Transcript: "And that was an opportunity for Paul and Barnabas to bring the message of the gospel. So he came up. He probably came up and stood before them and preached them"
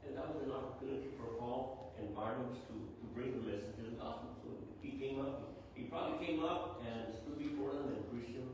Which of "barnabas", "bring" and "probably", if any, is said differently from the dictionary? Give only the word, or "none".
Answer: barnabas